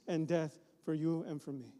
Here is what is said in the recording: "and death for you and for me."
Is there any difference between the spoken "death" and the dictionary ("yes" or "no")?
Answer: no